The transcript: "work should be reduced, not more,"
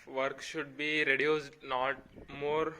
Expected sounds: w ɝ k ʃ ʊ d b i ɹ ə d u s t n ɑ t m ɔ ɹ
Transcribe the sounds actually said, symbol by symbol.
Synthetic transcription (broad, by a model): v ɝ k ʃ ʊ d b i ɹ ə d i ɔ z n ɑ t m ɔ ɹ